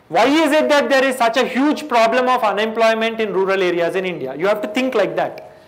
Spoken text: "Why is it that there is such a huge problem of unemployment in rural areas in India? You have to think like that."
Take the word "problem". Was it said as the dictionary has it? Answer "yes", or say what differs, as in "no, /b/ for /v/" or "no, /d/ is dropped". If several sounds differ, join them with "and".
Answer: yes